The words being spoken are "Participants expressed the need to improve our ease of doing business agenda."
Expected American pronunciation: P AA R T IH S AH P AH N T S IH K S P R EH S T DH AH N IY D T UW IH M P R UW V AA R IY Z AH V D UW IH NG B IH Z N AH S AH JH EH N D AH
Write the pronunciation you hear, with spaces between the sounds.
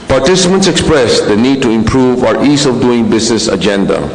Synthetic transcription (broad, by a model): P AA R T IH S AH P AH N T S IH K S P R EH S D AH N IY D T UW IH M P R UW V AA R IY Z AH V D UW IH NG B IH S N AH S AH JH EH N D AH